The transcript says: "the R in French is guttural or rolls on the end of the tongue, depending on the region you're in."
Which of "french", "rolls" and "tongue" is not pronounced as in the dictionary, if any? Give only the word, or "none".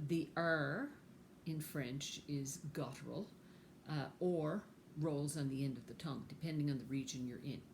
none